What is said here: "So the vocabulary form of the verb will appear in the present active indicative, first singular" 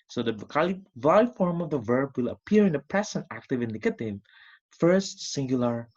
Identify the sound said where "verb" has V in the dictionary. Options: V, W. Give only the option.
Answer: V